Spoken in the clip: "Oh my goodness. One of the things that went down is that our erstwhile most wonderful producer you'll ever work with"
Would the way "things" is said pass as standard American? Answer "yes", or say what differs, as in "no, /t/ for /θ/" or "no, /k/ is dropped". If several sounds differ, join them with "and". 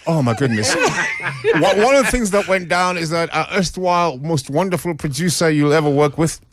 yes